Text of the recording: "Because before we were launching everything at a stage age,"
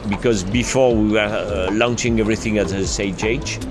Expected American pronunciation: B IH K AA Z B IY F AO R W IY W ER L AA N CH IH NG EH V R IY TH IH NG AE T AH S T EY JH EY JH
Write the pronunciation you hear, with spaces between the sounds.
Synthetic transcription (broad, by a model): B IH K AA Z B IY F AO R W IY W ER L AA N CH IH NG EH V R IY TH IH NG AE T AH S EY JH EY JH